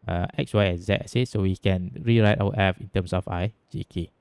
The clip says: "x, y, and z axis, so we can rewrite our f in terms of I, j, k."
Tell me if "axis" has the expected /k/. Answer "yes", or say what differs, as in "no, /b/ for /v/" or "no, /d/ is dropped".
no, /k/ is dropped